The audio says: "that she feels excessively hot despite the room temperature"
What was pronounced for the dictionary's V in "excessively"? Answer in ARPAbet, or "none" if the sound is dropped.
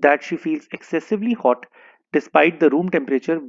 V